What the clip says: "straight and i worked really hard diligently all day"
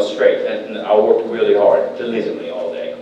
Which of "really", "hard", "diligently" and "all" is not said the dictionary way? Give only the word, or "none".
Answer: diligently